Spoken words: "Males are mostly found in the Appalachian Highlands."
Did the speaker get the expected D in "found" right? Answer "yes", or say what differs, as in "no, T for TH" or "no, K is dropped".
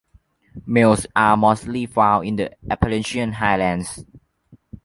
no, D is dropped